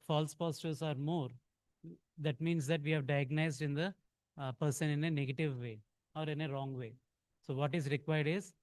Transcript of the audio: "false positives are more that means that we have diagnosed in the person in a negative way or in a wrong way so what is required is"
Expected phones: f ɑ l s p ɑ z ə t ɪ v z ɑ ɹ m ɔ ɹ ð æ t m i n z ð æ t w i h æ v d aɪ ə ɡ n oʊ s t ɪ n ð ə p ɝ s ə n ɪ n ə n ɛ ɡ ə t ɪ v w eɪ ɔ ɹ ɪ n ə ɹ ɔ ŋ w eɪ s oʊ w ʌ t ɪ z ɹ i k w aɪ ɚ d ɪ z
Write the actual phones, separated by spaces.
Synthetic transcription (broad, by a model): f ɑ l s p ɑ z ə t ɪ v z ɑ ɹ m ɔ ɹ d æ t m i n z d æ t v i h æ v d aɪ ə ɡ n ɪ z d ɪ n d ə p ɝ s ə n ɪ n ə n ɛ ɡ ə t ɪ v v eɪ ɔ ɹ ɪ n ə ɹ ɔ ŋ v eɪ s oʊ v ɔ t ɪ z ɹ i k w aɪ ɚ d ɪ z